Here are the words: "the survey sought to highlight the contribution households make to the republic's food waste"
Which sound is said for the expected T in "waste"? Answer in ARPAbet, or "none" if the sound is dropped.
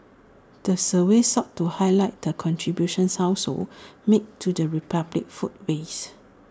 none